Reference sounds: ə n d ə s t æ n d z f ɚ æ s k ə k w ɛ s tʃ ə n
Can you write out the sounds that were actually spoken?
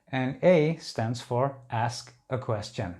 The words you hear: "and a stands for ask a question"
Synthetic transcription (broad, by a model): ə n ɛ ə s t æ n d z f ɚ æ s k ə k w ɛ s tʃ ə n